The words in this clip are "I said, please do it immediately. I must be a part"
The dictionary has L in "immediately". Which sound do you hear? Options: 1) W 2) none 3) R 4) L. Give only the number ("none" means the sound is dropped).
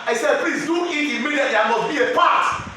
2